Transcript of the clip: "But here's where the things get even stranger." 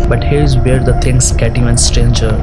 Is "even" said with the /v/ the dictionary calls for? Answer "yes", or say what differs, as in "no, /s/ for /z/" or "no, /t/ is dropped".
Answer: no, /v/ is dropped